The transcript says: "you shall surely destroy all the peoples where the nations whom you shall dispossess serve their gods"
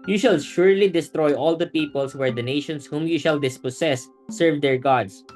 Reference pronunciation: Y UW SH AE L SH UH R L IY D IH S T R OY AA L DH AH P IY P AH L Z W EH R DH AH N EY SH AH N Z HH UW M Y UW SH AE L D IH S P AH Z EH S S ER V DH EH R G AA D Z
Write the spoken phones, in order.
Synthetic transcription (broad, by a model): Y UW SH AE L SH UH R L IY D IH S T R OY AA L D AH P IY P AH L S W EH R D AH N EY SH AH N S HH UW M Y UW SH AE L D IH S P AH S EH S S ER V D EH R G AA D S